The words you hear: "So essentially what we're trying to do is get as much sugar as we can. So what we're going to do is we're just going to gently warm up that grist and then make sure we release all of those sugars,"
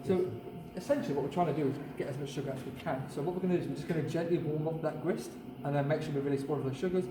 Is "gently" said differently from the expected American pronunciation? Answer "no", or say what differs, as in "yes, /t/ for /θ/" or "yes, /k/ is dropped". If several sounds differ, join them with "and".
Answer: no